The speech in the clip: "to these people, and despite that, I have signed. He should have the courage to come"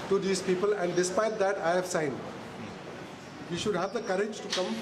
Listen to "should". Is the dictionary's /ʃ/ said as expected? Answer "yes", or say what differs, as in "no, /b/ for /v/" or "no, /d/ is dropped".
yes